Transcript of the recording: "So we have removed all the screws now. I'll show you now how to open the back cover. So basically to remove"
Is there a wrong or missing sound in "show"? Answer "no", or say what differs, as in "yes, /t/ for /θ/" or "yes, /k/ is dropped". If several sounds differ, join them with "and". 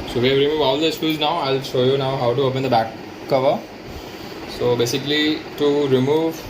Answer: no